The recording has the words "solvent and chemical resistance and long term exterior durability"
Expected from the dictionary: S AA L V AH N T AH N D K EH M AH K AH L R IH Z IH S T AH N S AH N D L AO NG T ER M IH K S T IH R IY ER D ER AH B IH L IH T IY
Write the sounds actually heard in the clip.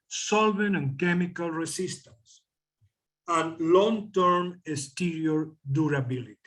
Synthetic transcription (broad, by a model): S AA L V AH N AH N K EH M AH K AH L R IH S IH S T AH N S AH N L AO NG T ER M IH S T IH R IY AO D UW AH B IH L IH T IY